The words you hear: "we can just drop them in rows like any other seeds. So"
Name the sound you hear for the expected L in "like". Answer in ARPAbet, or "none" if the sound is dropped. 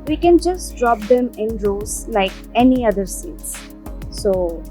L